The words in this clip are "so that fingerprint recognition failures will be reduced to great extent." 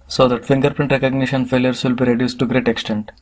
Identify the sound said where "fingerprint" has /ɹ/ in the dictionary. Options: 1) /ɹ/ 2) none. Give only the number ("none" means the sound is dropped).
1